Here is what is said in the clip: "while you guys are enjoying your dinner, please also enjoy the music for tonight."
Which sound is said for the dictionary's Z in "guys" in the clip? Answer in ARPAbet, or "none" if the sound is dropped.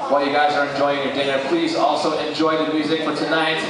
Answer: Z